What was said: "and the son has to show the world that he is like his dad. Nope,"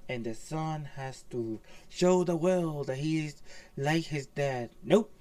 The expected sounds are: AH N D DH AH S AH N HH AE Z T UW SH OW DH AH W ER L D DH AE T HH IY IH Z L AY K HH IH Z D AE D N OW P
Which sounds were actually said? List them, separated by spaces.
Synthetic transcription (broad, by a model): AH N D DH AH S AH N HH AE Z T UW SH OW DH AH W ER L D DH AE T HH IY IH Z L AY K HH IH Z D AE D N OW